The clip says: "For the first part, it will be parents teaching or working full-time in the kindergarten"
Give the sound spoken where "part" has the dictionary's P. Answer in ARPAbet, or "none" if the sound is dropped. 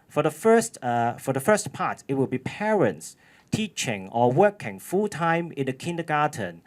F